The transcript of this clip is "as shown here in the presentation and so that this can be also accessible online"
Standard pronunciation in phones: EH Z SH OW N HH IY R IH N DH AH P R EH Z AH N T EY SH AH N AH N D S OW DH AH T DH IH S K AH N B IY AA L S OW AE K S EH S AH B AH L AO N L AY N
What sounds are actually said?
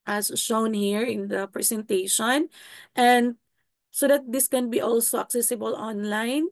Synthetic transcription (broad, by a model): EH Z SH OW N HH IY R IH N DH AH P R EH S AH N T EY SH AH N AH N D S OW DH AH T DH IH S K AH N B IY AA L S OW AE K S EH S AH B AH L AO N L AY N